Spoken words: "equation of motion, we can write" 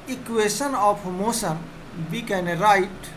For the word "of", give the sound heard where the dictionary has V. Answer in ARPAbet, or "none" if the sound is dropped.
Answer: P